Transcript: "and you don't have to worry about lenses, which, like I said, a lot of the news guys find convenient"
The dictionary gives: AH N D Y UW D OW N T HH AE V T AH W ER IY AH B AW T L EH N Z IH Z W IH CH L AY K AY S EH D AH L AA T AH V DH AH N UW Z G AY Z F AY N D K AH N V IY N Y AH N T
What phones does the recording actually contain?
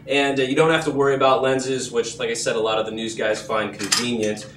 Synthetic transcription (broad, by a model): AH N Y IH D OW N T HH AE F T AH W ER IY AH B AW T L EH N Z IH Z W IH CH L AY K AY S EH D AH L AA T AH V DH AH N UW Z G AY Z F AY N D K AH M V IY N Y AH N T